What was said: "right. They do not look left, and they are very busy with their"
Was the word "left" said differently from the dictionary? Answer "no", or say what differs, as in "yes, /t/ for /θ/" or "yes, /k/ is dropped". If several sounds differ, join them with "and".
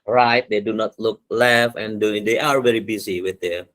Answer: yes, /t/ is dropped